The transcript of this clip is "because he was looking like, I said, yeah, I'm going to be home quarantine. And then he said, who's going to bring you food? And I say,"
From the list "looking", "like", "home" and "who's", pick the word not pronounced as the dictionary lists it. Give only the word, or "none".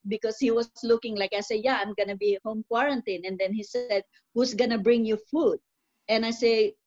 who's